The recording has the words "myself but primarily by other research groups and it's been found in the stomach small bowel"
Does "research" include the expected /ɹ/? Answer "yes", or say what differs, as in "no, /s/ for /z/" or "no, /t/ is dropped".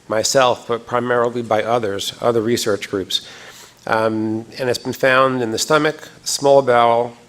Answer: yes